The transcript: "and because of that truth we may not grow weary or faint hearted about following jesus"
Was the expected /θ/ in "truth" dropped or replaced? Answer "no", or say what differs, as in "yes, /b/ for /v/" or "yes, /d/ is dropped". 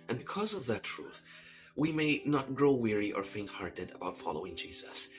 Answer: no